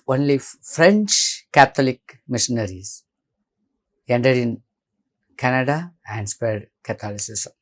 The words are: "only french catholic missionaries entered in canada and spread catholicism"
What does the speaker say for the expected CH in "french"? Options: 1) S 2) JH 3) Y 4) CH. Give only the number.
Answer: 4